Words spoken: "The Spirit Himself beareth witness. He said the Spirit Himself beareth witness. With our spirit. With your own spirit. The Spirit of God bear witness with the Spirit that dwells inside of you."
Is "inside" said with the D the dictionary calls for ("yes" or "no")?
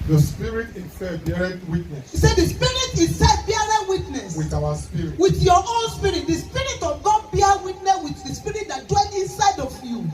yes